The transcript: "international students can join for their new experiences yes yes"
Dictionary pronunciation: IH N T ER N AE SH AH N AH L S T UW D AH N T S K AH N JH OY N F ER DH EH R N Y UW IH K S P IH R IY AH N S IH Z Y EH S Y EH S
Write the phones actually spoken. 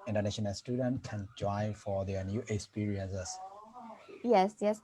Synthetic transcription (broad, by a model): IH N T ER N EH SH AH N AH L S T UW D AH N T K AH N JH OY F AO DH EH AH N Y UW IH K S P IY R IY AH N S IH S Y EH S Y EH S